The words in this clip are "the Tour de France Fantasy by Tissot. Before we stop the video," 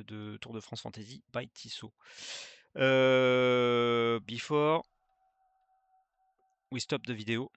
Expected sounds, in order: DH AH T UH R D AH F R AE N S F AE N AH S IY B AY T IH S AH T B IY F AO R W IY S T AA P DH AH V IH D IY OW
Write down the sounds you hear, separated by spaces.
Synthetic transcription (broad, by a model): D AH T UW R D AH F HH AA S F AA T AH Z IY B AY T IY S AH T B IY F AO R W IY S T AA P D AH V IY D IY OW